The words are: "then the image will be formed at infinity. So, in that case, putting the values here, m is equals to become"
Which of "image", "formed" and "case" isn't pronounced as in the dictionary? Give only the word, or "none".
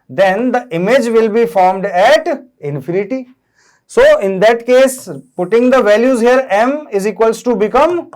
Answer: none